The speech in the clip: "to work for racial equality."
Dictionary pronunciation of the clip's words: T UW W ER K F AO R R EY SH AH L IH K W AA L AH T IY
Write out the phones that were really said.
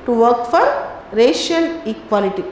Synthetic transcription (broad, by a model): T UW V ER K F AO R R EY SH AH N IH K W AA L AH T IY